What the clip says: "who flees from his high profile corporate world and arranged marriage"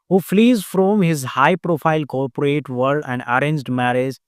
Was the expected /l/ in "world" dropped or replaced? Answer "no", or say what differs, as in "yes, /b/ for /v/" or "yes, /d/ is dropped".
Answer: yes, /l/ is dropped